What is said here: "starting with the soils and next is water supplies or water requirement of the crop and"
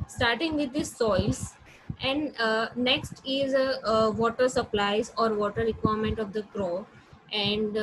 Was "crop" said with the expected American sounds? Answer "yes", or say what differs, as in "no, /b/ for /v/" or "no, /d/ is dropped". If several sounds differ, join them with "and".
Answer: no, /p/ is dropped